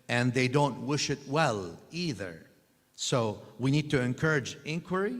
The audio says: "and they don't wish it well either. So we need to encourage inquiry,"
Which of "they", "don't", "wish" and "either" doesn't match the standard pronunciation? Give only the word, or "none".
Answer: none